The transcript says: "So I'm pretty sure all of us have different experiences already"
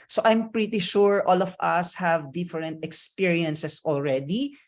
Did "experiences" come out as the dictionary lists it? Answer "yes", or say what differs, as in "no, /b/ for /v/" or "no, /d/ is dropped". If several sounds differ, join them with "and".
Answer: no, /s/ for /z/